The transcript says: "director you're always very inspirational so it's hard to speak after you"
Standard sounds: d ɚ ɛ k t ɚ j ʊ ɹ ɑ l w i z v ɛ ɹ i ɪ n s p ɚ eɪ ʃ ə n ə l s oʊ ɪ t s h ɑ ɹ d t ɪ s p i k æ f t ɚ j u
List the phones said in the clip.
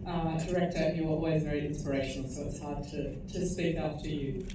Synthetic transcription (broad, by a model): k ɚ ɛ k t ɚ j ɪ ɑ l w i z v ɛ ɹ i ɪ n s p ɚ eɪ ʃ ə n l s oʊ ɪ t s h ɑ ɹ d t ɪ s p i k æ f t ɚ j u